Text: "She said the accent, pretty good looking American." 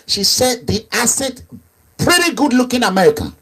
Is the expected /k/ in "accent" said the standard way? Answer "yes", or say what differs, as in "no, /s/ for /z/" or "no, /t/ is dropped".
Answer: no, /k/ is dropped